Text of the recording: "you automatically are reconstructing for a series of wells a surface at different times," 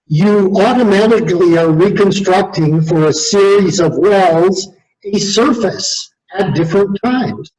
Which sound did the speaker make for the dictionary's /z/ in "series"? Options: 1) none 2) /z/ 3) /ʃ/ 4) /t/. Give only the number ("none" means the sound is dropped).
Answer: 2